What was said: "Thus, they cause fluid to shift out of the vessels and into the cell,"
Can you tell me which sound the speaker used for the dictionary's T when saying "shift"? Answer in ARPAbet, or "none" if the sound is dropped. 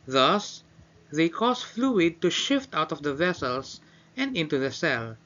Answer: T